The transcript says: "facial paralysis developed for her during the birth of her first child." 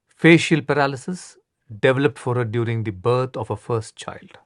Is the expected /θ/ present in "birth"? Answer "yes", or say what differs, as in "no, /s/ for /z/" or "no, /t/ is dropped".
no, /t/ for /θ/